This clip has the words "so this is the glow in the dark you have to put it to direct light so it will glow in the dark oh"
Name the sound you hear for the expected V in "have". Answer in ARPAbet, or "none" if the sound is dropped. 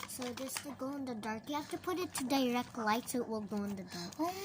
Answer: F